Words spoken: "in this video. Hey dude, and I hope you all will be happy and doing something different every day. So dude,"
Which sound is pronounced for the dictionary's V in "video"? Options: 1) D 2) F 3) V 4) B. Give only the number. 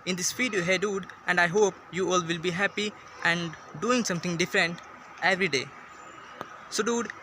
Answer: 2